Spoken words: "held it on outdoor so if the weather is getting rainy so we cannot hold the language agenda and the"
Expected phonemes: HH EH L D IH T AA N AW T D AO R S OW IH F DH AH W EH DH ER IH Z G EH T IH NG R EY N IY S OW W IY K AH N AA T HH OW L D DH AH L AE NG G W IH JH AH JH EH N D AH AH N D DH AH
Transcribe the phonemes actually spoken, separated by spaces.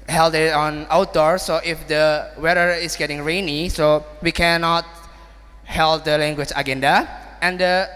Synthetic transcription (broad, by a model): HH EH L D IH T AA N AW T D AO R S OW IH F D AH W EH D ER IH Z G EH T IH NG R EY N IY S OW W IY K AH N AA T HH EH L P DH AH L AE NG G W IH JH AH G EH N D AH AH N D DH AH